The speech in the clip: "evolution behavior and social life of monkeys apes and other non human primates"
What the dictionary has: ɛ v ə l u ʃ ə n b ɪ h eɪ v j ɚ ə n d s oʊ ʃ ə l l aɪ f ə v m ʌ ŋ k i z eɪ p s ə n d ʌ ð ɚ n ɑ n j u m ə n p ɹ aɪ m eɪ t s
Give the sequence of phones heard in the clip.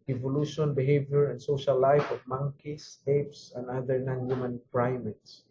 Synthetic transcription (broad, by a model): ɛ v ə l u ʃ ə n b ɪ h eɪ v j ɚ ə n d s oʊ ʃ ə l l aɪ f ə v m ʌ ŋ k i s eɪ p s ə n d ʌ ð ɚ n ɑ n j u m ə n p ɹ aɪ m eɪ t s